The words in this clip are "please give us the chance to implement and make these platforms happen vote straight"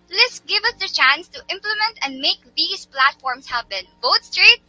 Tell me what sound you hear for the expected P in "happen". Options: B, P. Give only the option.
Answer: B